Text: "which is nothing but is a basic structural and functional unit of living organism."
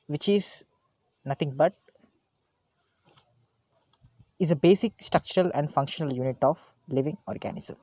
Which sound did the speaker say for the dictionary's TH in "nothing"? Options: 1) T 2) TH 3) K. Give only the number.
1